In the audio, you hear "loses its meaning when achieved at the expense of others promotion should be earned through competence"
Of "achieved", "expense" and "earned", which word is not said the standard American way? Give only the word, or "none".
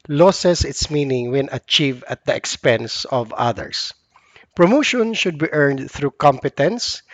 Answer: achieved